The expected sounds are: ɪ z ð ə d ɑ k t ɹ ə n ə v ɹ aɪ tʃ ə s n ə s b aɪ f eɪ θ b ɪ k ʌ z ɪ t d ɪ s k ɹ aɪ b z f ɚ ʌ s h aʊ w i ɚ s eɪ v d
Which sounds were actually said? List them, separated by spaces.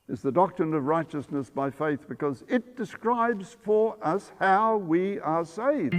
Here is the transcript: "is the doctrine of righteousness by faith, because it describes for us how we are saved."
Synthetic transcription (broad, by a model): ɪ z ð ə d ɑ k t ɹ ə n ə v ɹ aɪ tʃ ə s n ə s b aɪ f eɪ θ b ɪ k ʌ z ɪ t d ɪ s k ɹ aɪ b z f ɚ ʌ s h aʊ w i ɚ s eɪ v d